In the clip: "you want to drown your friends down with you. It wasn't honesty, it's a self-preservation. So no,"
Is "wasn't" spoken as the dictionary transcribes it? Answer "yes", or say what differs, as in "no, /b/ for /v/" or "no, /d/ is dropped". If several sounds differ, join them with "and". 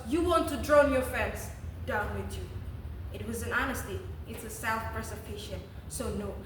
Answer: no, /t/ is dropped